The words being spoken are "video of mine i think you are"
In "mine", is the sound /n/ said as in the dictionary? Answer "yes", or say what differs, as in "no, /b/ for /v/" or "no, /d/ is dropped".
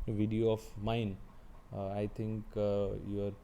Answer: yes